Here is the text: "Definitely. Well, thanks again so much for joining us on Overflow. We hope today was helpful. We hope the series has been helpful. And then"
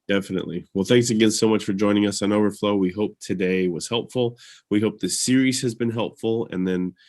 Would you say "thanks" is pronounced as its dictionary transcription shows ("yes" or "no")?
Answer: yes